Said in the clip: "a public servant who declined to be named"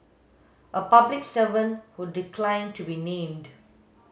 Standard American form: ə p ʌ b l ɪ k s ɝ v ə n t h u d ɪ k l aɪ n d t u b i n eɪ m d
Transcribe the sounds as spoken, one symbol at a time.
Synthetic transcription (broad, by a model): ə p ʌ b l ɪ k s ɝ v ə n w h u d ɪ k l aɪ n t u b i n eɪ m d